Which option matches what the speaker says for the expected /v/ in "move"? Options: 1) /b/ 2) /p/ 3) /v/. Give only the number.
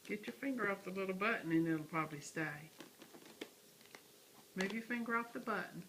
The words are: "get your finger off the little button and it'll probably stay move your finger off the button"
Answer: 1